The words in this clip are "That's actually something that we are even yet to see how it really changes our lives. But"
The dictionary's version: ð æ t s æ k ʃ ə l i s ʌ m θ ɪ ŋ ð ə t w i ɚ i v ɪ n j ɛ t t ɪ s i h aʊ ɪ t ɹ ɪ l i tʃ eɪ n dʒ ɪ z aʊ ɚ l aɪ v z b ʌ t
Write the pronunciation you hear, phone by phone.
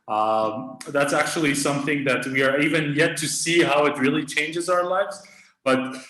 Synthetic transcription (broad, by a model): ð æ t s æ k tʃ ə l i s ʌ m θ ɪ ŋ ð ə t w i ɚ i v ɪ n j ɛ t t ɪ s i h aʊ ɪ t ɹ ɪ l i tʃ eɪ n dʒ ɪ z aʊ ɚ l aɪ v z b ʌ t